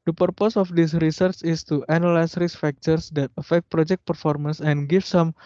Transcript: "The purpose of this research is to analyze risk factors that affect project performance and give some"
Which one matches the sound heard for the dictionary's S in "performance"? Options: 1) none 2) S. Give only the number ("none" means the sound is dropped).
2